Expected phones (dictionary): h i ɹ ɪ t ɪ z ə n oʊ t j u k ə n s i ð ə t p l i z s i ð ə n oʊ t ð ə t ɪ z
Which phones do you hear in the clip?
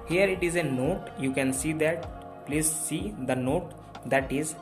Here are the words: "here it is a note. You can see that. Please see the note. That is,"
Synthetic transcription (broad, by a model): h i ɹ ɪ t ɪ z ə n oʊ t j u k ə n s i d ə t p l i z s i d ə n oʊ t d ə t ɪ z